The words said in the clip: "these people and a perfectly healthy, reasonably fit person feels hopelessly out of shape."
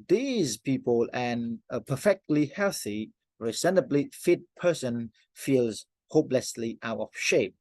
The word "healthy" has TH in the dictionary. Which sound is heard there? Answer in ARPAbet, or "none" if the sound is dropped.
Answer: TH